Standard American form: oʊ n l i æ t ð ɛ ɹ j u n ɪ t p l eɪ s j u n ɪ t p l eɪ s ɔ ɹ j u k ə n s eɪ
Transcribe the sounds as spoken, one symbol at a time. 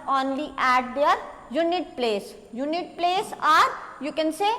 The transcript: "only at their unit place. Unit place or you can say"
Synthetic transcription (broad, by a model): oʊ n l i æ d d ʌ ɹ j u n ɪ t p l eɪ s j u n ɪ t p l eɪ s ɔ ɹ j u k ə n s eɪ